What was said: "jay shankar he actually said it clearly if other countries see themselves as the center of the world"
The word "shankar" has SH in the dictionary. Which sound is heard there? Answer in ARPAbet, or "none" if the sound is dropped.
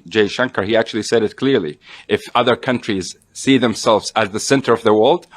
SH